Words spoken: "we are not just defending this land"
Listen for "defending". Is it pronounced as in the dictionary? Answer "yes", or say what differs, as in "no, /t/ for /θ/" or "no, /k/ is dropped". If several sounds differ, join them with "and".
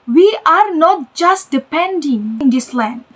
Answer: no, /p/ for /f/